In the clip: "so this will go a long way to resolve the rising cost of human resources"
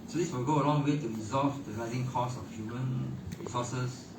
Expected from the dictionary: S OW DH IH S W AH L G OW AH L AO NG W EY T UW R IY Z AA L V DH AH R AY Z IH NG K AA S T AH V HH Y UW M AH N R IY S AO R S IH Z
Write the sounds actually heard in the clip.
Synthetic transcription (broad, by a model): S OW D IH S W AH L G OW AH L AO NG W EY T UW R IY Z AA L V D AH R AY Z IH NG K AA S AH F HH Y UW M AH N R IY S AO S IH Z